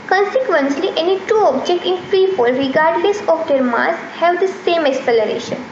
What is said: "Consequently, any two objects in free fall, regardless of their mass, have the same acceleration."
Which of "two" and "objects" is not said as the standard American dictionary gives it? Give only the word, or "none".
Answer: objects